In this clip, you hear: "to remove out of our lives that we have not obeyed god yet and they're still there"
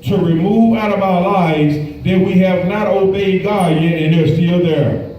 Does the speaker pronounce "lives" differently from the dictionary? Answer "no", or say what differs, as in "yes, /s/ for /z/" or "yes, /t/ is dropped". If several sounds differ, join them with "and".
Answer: no